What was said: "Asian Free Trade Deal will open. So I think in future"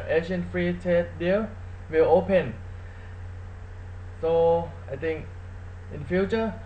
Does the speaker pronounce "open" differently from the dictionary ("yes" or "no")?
no